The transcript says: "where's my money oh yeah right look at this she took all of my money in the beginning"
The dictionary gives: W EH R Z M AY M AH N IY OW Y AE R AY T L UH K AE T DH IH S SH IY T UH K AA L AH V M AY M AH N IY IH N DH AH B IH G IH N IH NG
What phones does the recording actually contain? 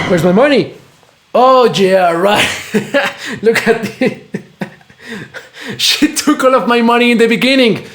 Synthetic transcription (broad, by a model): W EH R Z M AY M AH N IY OW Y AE R AY T L UH K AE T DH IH SH IY T UH K AA L AH V M AY M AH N IY IH N DH AH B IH G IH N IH NG